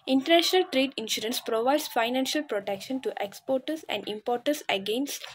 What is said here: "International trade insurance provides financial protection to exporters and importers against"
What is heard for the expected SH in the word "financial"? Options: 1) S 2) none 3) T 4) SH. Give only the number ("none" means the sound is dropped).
4